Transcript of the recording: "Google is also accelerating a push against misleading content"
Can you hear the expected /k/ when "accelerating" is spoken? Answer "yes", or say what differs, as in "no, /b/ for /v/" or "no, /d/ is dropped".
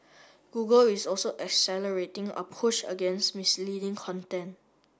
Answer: yes